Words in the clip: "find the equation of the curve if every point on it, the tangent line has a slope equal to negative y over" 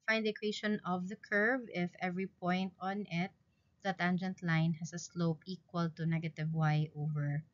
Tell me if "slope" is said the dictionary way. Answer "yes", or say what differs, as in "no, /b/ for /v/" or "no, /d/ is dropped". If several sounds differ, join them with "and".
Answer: yes